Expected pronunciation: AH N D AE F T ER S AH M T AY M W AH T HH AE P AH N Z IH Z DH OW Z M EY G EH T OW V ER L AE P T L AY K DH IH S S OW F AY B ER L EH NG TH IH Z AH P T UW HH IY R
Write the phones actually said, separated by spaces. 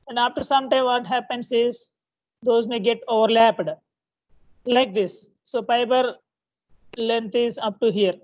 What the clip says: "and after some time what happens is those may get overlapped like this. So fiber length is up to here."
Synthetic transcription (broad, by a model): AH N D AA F T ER S AH M T AY M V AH T HH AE P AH N S IH Z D OW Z M EY G EH T OW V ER L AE P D L AY K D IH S S OW P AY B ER L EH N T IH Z AH P T UW HH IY R